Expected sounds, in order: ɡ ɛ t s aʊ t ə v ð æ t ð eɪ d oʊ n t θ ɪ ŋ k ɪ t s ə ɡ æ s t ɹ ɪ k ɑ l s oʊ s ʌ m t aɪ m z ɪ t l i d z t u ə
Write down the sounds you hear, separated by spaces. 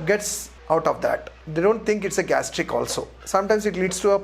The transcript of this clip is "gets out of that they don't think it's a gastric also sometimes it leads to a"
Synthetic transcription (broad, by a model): ɡ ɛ t s aʊ t ə v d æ t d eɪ d oʊ n t t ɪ ŋ k ɪ t s ə ɡ æ s t ɹ ɪ k ɑ l s oʊ s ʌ m t aɪ m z ɪ t l i d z t u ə